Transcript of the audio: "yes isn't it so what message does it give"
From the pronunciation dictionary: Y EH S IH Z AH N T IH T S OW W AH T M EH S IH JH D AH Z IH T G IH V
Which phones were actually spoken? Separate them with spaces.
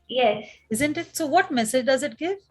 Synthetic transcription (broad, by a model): Y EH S IH Z AH N T IH T S OW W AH T M EH S IH JH D AH Z IH T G IH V